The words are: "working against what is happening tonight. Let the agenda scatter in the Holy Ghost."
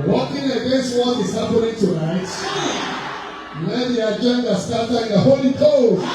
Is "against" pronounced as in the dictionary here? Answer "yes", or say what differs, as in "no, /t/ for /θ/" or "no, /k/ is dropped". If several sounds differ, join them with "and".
no, /n/ is dropped